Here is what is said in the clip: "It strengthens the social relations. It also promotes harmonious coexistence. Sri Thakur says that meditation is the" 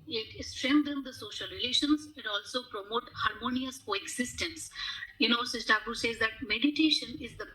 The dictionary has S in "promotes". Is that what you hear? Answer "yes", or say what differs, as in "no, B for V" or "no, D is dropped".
no, S is dropped